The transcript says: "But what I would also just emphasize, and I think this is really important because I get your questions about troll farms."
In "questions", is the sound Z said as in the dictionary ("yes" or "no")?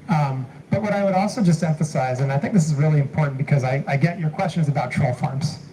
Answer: yes